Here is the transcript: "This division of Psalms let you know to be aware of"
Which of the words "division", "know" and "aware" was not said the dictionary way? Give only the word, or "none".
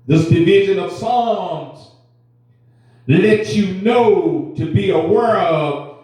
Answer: none